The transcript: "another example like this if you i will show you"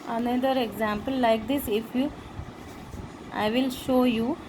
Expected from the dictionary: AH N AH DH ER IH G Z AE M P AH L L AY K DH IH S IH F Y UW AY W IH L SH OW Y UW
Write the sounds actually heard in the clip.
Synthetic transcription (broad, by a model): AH N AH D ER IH G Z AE M P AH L L AY K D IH S IH F Y UW AY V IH L SH OW Y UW